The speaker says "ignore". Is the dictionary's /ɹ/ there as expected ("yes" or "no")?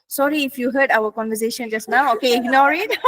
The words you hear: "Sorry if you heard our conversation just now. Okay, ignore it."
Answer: yes